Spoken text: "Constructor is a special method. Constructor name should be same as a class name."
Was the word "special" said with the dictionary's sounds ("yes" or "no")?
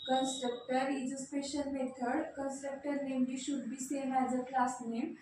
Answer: no